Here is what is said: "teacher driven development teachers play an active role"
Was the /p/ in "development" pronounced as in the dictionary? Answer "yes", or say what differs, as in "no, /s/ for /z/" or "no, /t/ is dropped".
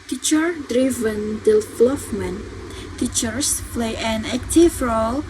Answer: no, /f/ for /p/